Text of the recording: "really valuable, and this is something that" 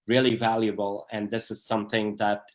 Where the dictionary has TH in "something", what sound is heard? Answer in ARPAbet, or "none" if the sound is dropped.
TH